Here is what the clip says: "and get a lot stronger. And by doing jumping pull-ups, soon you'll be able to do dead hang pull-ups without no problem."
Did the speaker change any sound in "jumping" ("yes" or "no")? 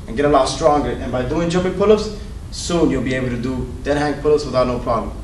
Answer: yes